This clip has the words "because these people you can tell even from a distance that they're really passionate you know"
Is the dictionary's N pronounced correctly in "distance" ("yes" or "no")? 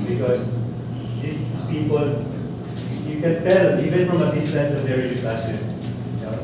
no